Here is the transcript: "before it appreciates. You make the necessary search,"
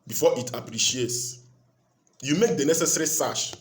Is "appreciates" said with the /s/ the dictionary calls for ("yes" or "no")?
yes